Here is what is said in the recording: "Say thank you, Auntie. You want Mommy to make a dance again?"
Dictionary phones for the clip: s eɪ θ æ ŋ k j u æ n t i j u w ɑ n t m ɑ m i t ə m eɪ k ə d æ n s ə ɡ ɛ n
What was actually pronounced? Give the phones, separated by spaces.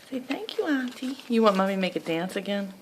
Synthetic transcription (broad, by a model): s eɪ θ æ ŋ k j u æ n t i j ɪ w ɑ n m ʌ m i m eɪ k ə d æ n s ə ɡ ɛ n